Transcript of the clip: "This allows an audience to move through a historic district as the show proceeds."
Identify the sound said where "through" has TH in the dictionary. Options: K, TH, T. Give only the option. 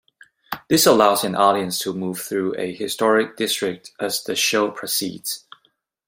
TH